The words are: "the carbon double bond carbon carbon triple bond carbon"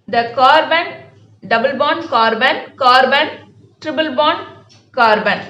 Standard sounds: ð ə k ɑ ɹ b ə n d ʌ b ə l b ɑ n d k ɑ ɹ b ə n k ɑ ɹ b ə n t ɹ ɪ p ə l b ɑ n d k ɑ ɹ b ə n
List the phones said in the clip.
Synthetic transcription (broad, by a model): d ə k ɑ ɹ b ə n d ʌ b ə l b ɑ n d k ɑ ɹ b ə n k ɑ ɹ b ə n t ɹ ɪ b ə l b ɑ n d k ɑ ɹ b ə n